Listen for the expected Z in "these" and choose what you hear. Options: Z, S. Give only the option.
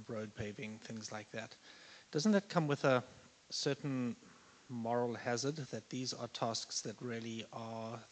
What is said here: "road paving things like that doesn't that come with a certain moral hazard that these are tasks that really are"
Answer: Z